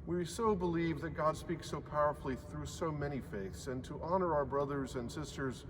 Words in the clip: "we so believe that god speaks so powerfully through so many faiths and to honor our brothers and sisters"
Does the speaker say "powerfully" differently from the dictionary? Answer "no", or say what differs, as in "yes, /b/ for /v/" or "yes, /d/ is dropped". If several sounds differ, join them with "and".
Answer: no